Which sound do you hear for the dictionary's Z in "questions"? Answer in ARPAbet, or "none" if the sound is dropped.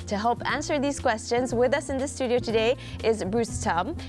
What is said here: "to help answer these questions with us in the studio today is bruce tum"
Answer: Z